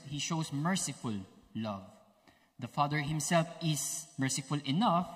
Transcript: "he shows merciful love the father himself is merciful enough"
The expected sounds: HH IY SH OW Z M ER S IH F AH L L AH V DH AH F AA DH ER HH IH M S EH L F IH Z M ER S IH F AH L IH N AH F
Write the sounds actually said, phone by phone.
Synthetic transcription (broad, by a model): HH IY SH OW S M ER S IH F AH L L AH V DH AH F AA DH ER HH IH M S EH L F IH S M ER S IH F AH L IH N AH F